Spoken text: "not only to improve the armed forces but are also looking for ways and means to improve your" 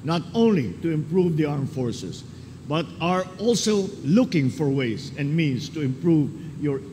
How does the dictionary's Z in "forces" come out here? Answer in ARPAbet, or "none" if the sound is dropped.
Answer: S